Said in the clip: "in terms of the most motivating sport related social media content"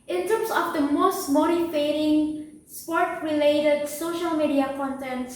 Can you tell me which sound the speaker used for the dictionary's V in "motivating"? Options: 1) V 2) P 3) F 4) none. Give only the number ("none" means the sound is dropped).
3